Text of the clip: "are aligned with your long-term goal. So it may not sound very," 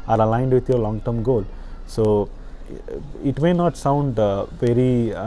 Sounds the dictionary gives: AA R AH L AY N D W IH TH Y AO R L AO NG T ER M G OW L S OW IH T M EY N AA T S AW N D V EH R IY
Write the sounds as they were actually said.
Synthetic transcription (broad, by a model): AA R AH L AY N D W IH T Y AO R L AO NG T ER M G OW L S OW IH T M EY N AA T S AW N D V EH R IY